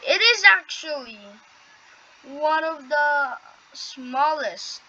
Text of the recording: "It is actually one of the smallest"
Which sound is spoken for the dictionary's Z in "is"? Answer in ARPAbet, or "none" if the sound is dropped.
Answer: Z